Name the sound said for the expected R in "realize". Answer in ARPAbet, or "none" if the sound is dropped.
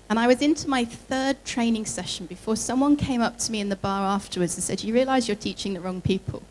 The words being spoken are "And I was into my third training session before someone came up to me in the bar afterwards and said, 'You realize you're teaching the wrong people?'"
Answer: R